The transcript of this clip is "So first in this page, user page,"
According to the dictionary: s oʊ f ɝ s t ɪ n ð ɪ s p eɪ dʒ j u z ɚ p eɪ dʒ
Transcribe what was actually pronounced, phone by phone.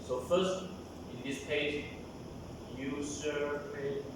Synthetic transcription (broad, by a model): s oʊ f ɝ s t ɪ n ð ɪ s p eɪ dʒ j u s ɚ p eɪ